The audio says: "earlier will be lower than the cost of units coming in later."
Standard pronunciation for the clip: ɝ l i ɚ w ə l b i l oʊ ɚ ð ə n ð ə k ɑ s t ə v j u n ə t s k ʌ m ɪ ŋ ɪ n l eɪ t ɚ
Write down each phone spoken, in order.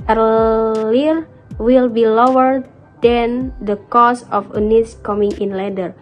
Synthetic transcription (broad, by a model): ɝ l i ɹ w ə l b i l oʊ ɚ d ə n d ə k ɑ s ə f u n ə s k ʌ m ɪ ŋ ɪ n l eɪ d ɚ